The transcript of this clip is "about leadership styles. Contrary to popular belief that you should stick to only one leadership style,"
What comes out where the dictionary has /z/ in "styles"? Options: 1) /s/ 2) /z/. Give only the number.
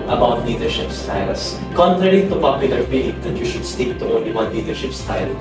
1